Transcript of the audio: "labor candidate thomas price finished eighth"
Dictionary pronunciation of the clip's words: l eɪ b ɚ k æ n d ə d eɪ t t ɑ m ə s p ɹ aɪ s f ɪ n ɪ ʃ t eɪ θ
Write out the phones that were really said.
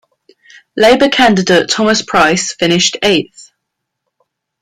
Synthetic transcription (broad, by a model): l eɪ b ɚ k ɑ n d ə d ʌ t t ɑ m ə s p ɹ aɪ s f ɪ n ɪ ʃ t eɪ θ